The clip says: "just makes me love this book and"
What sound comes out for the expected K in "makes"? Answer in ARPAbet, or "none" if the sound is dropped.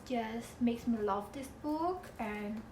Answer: K